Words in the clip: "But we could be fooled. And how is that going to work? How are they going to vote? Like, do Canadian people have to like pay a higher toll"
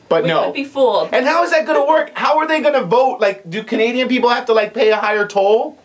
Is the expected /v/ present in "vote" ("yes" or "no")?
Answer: yes